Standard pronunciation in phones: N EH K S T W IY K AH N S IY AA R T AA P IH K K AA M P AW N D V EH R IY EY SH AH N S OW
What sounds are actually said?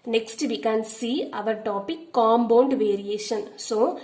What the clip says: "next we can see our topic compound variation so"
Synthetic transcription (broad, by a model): N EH K S T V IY K AH N S IY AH R T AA P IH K K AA M B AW N D V EH R IY EY SH AH N S OW